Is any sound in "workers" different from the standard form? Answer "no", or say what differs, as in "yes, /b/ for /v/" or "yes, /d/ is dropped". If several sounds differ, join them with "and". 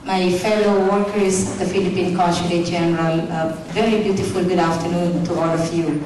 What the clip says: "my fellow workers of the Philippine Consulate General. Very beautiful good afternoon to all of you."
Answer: yes, /z/ is dropped